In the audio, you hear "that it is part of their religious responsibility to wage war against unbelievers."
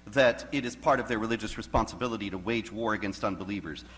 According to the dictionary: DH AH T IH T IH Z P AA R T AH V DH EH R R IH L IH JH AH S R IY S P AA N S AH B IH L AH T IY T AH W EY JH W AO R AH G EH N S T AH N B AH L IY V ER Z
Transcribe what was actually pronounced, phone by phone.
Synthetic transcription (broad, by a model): DH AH T IH T IH Z P AA R T AH V DH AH R R IH L IH JH AH S R IY S P AA N S AH B IH L AH T IY T AH W EY JH W AO R AH G EH N S T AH N B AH L IY V ER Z